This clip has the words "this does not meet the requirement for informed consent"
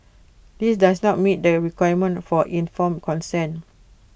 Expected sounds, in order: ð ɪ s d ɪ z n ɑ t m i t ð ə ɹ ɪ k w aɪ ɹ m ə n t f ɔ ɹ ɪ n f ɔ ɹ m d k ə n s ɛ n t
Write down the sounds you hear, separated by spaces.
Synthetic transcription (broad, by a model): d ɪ s d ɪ s n ɑ t m i t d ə ɹ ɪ k w aɪ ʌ m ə n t f ɔ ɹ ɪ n f ɔ m k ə n s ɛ n